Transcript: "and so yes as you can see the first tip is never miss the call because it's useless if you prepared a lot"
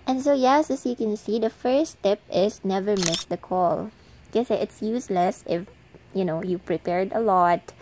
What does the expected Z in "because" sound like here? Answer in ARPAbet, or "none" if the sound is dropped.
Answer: none